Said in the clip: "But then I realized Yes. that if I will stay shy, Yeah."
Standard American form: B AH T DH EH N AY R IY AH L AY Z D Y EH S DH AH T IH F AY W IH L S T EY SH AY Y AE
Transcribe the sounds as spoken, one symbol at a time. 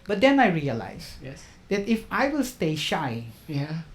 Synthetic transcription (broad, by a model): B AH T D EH N AY R IY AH L AY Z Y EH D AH T IH F AY W IH L S T EY SH AY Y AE